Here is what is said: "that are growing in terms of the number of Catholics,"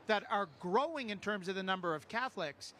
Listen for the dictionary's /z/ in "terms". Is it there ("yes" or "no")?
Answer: yes